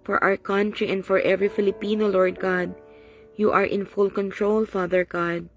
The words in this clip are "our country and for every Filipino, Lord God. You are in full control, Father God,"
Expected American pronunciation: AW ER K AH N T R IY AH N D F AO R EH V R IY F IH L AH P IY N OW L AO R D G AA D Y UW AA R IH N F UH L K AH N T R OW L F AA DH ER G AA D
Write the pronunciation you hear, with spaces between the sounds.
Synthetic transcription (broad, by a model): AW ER K AH N T R IY AH N D F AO R EH V R IY F IH L AH P IY N OW L AO R D G AA D Y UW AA R IH N F UH L K AH N T R OW L F AA DH ER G AA D